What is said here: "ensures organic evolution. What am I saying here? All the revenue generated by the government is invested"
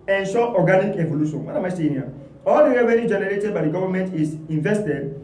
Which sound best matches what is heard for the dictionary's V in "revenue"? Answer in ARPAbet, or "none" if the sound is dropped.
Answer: W